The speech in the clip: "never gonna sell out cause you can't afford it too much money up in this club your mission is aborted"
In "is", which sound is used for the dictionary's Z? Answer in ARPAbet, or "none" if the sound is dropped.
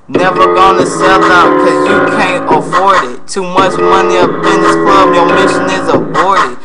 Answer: Z